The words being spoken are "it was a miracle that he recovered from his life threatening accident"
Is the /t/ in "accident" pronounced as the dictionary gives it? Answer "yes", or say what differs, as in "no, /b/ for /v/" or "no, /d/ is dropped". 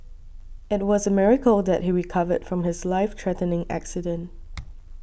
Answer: yes